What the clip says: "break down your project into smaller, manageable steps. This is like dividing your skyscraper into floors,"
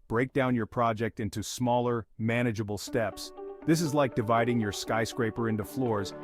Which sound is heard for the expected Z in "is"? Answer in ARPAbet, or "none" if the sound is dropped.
Z